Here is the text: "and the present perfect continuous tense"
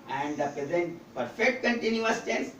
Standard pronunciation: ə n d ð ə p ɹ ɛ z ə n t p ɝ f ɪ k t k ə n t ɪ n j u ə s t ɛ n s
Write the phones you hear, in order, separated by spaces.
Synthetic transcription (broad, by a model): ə n d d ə p ɹ ɛ z ə n t p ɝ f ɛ k t k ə n t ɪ n j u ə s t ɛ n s